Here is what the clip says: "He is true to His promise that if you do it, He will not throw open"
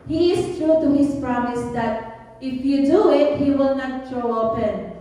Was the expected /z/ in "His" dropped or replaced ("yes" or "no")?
yes